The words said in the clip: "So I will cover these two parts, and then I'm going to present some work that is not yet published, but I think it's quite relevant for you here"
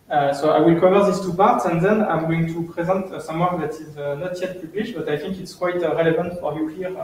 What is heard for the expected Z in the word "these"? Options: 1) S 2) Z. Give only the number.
1